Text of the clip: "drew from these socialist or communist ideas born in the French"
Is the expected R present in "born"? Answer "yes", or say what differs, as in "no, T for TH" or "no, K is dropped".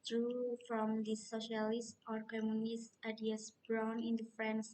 no, W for R